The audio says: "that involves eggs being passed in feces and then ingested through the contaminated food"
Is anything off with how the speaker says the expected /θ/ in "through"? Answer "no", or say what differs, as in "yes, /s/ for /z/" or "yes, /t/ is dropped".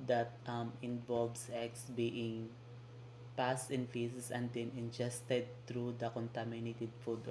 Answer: yes, /t/ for /θ/